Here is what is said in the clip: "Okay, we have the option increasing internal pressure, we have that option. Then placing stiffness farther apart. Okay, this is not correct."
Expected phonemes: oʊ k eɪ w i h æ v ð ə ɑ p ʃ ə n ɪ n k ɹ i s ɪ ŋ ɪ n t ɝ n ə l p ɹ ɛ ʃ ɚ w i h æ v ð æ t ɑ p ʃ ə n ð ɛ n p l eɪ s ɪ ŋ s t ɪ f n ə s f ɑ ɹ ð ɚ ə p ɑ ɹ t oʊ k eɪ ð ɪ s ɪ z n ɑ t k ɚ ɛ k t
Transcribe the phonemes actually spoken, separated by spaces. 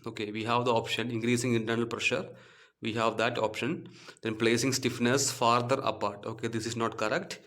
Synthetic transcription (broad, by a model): oʊ k eɪ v i h æ v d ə ɑ p ʃ ə n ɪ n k ɹ i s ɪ ŋ ɪ n t ɝ n ə l p ɹ ɛ ʃ ɚ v i h æ v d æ t ɑ p ʃ ə n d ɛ n p l eɪ s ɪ ŋ s t ɪ f n ə s f ɑ ɹ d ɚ ə p ɑ ɹ t oʊ k eɪ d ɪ s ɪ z n ɑ t k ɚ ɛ k t